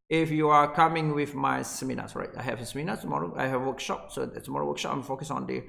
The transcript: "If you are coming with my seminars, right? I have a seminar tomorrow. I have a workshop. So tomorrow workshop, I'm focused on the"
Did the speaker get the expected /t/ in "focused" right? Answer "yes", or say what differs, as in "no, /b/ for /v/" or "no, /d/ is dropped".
no, /t/ is dropped